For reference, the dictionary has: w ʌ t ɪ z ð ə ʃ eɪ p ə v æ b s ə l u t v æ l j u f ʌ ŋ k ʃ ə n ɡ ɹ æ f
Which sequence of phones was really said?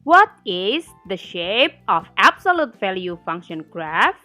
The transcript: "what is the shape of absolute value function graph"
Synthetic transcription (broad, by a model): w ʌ t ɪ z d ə ʃ eɪ p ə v æ b s ə l u t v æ l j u f ʌ ŋ k ʃ ə n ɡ ɹ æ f